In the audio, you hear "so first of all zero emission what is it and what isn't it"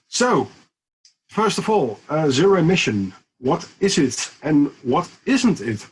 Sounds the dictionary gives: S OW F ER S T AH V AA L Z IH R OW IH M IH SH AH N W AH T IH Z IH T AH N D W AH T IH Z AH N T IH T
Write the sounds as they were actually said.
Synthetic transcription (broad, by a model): S OW F ER S T AH V AA L Z IH R OW IH M IH SH AH N W AH T IH Z IH T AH N W AH T IH Z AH N T IH T